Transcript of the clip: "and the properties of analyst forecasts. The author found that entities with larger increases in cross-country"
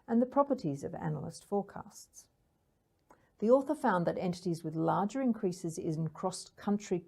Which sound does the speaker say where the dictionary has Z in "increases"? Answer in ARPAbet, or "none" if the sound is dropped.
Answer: Z